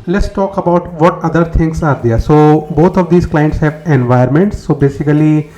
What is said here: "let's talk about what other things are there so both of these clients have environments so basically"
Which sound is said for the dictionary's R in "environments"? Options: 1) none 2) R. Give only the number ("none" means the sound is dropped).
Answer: 1